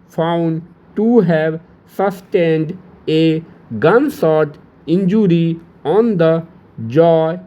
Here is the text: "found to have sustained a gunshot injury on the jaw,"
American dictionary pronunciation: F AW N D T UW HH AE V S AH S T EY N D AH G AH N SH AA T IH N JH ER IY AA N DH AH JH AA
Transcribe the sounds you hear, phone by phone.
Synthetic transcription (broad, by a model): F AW N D T UW HH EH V S AH S T EY N D AH G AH N S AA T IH N JH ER IY AA N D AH JH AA